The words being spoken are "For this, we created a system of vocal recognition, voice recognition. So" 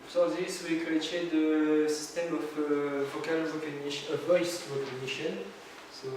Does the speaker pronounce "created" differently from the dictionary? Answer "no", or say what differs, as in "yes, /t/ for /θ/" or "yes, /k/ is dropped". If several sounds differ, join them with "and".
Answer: yes, /ɹ/ is dropped